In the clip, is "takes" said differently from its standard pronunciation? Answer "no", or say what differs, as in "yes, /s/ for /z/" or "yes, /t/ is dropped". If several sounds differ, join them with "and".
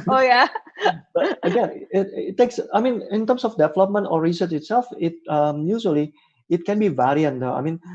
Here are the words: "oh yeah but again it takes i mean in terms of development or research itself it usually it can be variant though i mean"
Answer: no